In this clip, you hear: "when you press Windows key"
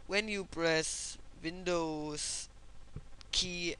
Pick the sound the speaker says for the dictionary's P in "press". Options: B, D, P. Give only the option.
B